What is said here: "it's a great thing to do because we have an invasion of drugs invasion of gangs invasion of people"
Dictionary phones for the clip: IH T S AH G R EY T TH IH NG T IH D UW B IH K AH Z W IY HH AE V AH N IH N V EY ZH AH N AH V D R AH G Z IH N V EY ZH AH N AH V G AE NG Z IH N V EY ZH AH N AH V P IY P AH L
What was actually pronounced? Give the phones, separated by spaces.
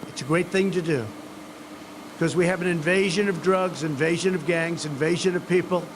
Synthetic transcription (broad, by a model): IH T S AH G R EY T TH IH NG T IH D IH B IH K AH Z W IY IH V AH N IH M V EY ZH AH N AH V D R AH G Z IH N V EY ZH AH N AH V G AE NG Z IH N V EY ZH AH N AH V P IY P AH L